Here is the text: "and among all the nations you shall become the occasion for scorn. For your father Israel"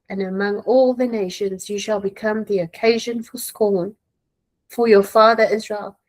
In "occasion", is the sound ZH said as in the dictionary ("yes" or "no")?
yes